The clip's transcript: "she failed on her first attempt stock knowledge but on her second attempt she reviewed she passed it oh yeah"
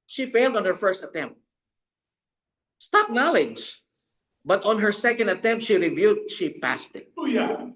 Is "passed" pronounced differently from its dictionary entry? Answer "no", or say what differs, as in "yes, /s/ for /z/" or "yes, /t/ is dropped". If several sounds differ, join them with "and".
no